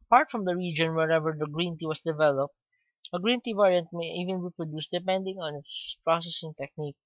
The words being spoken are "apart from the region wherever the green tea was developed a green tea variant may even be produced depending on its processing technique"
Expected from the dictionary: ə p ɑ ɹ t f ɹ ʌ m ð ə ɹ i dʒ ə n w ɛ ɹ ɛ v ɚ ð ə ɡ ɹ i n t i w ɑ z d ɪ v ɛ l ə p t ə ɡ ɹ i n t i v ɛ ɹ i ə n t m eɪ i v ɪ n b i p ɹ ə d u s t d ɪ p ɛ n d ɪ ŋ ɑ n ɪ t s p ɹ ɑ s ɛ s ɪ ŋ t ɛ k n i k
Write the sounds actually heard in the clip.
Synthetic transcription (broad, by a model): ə p ɑ ɹ t f ɹ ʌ m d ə ɹ i dʒ ə n w ɛ ɹ ɛ v ɚ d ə ɡ ɹ i n t i w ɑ s d ɪ v ɛ l ə p t ə ɡ ɹ i n t i v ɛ ɹ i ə n t m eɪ i v ɪ n b i p ɹ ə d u s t d ɪ p ɛ n d ɪ ŋ ɑ n ɪ t s p ɹ ɑ s ɛ s ɪ ŋ t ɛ k n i k